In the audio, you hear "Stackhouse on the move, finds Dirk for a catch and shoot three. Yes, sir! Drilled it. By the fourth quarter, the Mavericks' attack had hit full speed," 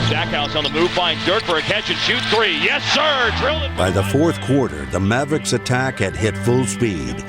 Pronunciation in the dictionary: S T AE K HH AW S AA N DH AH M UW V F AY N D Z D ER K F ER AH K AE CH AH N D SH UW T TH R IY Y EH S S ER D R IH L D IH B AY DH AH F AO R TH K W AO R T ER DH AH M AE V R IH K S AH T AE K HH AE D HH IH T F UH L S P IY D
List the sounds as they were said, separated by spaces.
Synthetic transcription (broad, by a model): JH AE K HH AW S N DH AH M UW V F AY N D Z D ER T F ER AH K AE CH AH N SH UW T TH R IY Y EH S S ER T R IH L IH B AY DH AH F AO R TH K W AO R T ER DH AH M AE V R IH K S AH T AE K HH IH D HH IH T F UH L S P IY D